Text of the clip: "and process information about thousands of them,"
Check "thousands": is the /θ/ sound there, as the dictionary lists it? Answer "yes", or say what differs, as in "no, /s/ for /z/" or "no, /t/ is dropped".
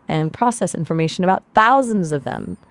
yes